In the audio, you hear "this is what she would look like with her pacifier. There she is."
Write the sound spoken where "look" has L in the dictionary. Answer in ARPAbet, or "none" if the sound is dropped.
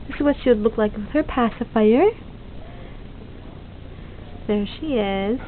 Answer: L